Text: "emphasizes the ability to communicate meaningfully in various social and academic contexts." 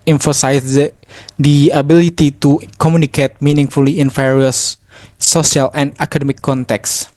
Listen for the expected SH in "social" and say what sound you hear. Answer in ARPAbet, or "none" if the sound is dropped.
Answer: none